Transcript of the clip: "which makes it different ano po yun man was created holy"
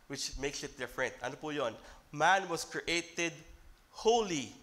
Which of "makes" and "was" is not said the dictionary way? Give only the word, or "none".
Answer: was